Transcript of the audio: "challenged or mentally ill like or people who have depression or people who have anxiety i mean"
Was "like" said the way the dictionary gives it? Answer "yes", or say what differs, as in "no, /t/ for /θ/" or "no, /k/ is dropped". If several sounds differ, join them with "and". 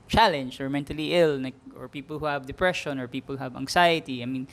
no, /n/ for /l/